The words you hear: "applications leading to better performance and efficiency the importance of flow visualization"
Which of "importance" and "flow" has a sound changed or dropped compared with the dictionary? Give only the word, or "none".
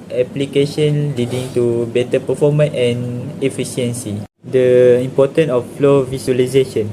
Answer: importance